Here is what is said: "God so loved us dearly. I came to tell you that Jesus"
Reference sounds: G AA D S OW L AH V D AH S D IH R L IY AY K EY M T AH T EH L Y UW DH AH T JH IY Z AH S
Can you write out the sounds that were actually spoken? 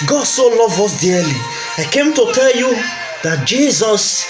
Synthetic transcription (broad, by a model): G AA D S OW L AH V AH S D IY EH L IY AY K EY M T AH T EH L Y UW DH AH T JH IY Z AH S